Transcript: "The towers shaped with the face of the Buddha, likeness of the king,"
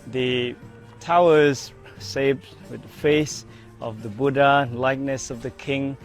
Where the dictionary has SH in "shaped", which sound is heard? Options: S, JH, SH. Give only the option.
S